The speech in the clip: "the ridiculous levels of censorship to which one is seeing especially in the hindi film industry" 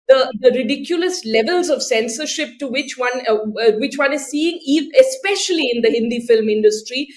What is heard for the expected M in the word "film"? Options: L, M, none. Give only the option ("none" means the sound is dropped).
M